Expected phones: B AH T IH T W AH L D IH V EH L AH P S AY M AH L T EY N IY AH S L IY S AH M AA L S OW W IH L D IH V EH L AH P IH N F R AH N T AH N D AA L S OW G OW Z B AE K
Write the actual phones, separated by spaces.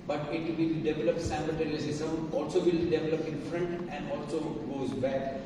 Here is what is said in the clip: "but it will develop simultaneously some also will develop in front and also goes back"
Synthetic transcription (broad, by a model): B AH T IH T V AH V D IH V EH L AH P S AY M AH T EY L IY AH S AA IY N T AA L S OW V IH L D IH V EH L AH P IH N F R AH N T AH N D AA L S OW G OW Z B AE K